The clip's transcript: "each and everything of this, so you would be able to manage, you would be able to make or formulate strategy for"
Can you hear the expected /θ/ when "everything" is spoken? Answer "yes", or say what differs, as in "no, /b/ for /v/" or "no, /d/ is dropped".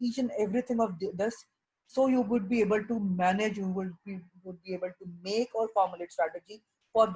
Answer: no, /t/ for /θ/